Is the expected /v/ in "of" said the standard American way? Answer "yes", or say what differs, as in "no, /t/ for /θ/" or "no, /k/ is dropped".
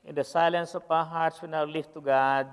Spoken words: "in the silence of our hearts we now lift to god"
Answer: no, /p/ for /v/